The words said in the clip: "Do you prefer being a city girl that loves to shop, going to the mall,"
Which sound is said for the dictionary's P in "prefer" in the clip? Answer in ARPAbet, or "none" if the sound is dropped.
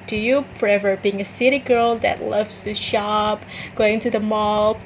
F